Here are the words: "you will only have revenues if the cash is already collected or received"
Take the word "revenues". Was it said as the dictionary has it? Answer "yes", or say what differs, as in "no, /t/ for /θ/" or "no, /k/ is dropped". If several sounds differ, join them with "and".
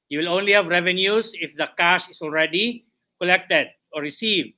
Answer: no, /s/ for /z/